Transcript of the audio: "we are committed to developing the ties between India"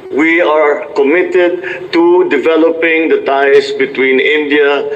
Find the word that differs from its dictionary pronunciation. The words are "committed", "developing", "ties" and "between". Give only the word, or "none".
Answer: ties